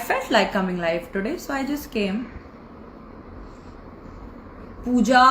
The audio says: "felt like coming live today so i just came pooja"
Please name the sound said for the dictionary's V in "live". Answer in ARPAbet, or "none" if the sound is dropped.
F